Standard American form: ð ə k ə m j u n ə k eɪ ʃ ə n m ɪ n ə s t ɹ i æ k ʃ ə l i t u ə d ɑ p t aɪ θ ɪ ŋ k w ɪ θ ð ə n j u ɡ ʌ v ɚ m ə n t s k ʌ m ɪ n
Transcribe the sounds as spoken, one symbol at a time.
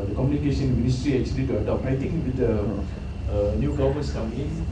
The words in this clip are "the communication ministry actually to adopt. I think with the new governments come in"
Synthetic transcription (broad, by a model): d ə k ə m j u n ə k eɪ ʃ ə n m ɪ n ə s t ɹ i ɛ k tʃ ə l i t u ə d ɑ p aɪ t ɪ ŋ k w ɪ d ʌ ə n j u ɡ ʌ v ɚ m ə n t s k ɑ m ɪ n